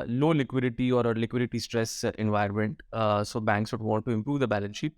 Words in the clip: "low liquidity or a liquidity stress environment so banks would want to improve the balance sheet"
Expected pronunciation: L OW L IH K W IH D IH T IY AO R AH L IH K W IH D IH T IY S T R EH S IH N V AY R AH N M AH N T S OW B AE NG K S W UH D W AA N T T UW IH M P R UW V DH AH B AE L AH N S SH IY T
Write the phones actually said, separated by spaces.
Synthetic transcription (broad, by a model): L OW L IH K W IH D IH T IY AO R AH L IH K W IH D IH T IY S T R EH S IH N V AY R M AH N T S OW B AE NG K S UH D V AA T T UW IH M P R UW V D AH B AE L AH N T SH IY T